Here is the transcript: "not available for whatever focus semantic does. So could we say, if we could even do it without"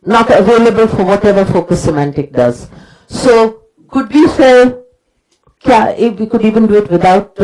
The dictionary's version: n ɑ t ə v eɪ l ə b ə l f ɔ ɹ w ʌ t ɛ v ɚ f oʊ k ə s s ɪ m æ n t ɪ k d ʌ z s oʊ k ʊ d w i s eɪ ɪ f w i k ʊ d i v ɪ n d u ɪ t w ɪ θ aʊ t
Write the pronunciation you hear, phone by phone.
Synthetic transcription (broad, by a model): n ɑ t ə v eɪ l ə b ə l f ɔ ɹ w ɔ t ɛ v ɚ f oʊ k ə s s ɪ m æ n t ɪ k d ʌ z s oʊ k ʊ d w i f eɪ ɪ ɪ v i k ʊ d i v ɪ n d u ɪ t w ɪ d aʊ t